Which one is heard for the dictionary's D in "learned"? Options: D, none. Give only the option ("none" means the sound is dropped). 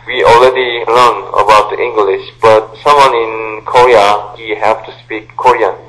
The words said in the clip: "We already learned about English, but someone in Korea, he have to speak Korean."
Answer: none